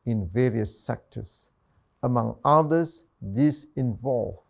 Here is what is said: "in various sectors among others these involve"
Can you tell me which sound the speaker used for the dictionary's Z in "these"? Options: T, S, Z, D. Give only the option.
S